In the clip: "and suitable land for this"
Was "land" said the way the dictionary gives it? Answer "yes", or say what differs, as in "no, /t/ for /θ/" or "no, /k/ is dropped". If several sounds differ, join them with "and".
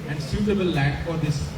no, /n/ is dropped